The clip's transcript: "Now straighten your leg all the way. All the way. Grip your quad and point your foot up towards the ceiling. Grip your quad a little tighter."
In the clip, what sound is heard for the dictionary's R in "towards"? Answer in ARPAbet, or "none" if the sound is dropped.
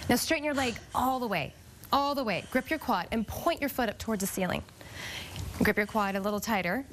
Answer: R